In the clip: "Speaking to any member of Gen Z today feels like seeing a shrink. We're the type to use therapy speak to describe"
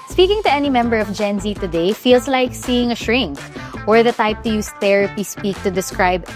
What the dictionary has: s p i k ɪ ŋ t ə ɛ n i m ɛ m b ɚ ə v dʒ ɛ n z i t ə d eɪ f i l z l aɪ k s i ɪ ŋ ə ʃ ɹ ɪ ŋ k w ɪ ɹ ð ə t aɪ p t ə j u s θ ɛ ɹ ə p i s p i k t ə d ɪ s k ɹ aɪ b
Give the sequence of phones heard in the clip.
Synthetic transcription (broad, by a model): s p i k ɪ ŋ t ə ɛ n i m ɛ m b ɚ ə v dʒ ɛ n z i t ə d eɪ f i l s l aɪ k s i ɪ ŋ ə ʃ ɹ ɪ ŋ k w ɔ ɹ ð ə t aɪ p t ə j u s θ ɛ ɹ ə p i s p i k t ə d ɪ s k ɹ aɪ b